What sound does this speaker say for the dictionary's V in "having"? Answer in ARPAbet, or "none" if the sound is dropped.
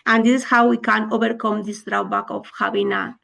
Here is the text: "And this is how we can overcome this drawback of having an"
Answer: B